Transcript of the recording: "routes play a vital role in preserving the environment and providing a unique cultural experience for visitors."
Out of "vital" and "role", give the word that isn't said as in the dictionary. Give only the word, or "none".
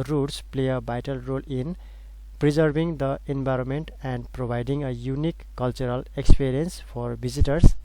vital